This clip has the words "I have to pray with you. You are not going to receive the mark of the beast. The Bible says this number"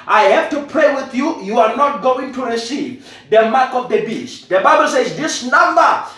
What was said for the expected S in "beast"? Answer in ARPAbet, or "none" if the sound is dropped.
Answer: S